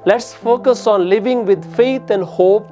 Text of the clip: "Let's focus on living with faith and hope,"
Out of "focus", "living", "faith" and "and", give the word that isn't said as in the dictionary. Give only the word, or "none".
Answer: faith